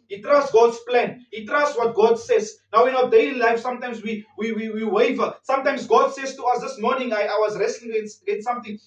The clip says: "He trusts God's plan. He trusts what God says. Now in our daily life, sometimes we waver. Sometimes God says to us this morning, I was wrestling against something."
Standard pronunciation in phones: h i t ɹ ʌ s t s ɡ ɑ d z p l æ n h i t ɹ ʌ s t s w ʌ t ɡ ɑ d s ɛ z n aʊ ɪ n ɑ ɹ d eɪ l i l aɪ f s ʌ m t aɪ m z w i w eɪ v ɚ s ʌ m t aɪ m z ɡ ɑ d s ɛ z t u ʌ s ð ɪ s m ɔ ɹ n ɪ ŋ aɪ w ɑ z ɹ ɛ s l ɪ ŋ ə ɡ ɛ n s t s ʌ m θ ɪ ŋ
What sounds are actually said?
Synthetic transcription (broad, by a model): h i t ɹ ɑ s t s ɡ ɑ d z p l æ n h i t ɹ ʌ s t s w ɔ t ɡ ɑ d s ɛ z n aʊ ɪ n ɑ w d eɪ l i l aɪ f s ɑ m t aɪ m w w i w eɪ v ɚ s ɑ m t aɪ m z ɡ ɑ d s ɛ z t u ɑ s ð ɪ s m ɔ n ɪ ŋ aɪ w ɑ z ɹ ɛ s l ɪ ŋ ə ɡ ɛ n t s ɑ m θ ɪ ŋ